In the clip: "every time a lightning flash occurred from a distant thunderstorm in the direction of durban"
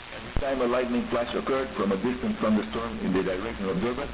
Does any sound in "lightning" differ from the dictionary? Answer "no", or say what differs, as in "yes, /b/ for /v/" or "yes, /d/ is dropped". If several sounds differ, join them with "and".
no